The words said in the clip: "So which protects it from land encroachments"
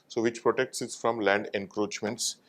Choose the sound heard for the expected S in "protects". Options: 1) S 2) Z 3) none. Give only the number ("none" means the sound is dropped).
1